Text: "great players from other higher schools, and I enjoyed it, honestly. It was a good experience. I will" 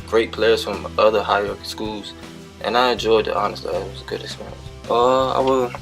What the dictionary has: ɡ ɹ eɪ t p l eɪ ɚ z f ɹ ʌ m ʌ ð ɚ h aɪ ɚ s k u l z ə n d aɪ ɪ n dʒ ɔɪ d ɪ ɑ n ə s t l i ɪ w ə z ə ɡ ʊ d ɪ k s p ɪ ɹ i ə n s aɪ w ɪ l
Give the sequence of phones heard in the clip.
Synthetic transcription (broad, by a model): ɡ ɹ eɪ t p l eɪ ɚ z f ɹ ʌ m ʌ ð ɚ h aɪ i s k u l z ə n aɪ ɪ n dʒ ɔɪ d ɪ ɑ n ə s t l i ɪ w ə z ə ɡ ʊ d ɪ s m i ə aɪ w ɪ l